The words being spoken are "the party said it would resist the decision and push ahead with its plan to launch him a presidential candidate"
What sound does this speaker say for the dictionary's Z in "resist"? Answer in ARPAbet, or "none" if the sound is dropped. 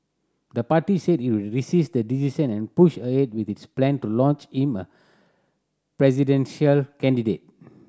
S